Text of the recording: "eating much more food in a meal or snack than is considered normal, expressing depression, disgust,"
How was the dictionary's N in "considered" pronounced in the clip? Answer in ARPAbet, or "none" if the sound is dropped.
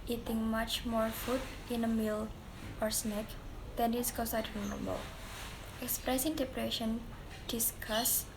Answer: none